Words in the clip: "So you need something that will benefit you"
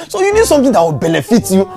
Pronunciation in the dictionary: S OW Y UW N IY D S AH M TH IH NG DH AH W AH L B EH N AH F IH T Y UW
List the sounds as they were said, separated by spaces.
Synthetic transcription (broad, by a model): S OW Y UW N IY D S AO M T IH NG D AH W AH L B EH N AH F IH T Y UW